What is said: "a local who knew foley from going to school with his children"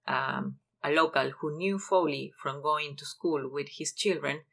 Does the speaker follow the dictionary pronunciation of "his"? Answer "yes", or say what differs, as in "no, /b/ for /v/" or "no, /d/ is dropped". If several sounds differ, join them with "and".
no, /s/ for /z/